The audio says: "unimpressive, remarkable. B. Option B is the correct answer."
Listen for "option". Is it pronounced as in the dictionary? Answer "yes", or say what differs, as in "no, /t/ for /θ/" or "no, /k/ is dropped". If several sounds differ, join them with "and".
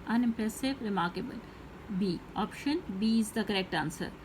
yes